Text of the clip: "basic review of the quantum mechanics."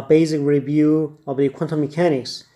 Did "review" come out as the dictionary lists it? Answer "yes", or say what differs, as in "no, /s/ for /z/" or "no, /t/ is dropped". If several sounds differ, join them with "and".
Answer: yes